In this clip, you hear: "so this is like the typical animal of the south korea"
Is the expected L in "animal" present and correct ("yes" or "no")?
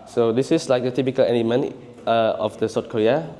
no